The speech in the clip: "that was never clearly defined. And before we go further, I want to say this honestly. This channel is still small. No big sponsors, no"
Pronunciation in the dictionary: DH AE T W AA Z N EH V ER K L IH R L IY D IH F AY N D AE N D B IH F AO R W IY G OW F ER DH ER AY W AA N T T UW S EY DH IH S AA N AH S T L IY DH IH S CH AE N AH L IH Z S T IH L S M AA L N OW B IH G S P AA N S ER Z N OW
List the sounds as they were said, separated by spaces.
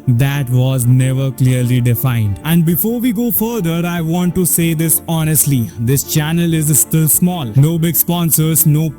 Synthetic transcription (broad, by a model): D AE T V AA Z N EH V ER K L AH R L IY D IH F AY N D AE N D B IH F AO R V IY G OW F ER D ER AY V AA N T T UW S EY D IH S AA N AH S T L IY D IH S CH AE N AH L IH Z S T IH L S M AA L N OW B IH G S P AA N S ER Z N OW